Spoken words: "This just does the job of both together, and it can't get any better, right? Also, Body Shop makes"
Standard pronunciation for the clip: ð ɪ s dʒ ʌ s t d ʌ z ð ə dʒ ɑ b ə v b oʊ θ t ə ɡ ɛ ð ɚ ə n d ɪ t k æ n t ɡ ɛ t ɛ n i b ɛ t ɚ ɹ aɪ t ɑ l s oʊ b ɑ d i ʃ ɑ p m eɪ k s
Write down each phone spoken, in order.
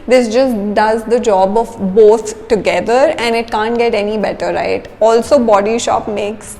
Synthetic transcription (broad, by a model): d ɪ s dʒ ʌ s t d ʌ z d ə dʒ ɑ b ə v b oʊ t t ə ɡ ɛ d ɚ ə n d ɪ t k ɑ n t ɡ ɛ t ɛ n i b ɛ t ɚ ɹ aɪ t ɑ l s oʊ b ɑ d i ʃ ɑ p m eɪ k s